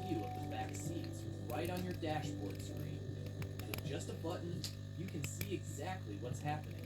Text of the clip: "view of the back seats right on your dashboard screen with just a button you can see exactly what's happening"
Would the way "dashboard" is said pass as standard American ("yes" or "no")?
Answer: yes